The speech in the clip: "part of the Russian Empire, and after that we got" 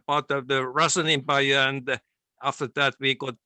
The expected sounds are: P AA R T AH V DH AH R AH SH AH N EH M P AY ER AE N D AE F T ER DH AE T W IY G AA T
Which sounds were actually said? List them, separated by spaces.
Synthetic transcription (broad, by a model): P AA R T AH V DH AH R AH S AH N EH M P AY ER AE N D AE F T ER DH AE T W IY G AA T